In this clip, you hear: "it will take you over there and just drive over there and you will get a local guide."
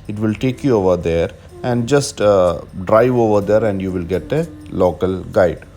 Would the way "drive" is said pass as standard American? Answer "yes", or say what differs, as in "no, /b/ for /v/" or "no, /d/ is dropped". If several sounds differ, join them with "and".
yes